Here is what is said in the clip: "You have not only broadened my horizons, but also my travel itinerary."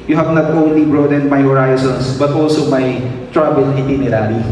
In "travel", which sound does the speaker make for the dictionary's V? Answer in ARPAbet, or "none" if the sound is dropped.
B